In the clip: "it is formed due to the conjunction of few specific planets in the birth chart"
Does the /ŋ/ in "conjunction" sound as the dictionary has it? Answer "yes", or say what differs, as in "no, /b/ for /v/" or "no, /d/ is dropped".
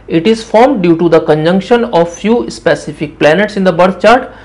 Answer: yes